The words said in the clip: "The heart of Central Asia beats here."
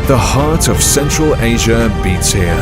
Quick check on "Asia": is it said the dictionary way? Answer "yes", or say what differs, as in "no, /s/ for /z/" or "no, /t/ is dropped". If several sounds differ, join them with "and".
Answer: yes